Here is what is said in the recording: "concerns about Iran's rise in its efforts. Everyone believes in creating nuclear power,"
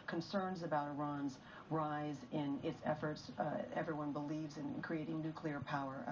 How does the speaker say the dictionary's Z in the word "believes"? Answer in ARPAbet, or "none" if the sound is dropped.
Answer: Z